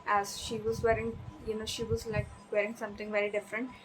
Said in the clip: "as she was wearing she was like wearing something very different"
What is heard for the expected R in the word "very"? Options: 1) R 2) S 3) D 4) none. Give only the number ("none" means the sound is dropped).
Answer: 1